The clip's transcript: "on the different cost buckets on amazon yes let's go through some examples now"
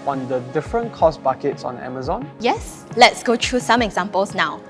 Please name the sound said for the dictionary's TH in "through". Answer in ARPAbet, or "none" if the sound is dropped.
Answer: T